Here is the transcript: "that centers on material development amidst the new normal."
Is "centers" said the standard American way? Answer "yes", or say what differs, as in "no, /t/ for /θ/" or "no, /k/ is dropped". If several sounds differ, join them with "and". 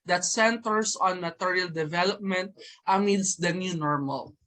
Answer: no, /s/ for /z/